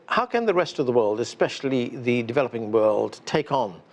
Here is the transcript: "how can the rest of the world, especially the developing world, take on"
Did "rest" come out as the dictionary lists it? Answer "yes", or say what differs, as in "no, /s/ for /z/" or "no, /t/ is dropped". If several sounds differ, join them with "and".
yes